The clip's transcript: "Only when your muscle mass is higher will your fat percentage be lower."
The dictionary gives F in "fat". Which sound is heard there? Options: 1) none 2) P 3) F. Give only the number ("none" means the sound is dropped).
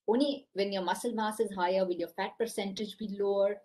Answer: 3